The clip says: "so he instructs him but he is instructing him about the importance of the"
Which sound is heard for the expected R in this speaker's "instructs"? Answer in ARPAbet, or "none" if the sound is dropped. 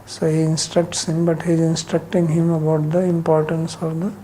R